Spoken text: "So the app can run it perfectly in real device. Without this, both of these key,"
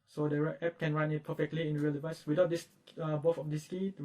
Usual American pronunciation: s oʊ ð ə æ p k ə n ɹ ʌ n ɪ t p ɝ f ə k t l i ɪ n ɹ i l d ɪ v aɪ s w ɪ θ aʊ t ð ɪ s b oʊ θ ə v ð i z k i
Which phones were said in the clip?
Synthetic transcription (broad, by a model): s oʊ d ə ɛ p k ə n ɹ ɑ n ɪ t p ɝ f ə k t l i ɪ n ɹ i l d ɪ v aɪ s w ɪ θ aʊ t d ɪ s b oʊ f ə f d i s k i